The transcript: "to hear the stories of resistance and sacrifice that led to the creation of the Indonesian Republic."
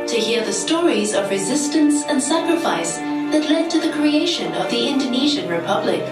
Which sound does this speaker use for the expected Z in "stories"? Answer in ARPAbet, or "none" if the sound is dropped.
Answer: Z